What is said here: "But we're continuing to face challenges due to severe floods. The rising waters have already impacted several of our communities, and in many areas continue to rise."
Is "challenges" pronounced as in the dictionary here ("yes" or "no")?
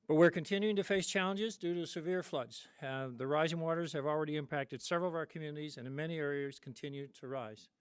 yes